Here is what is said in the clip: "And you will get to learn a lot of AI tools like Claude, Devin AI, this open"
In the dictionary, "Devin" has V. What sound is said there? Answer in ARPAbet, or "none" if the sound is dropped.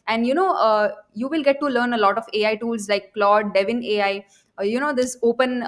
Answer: V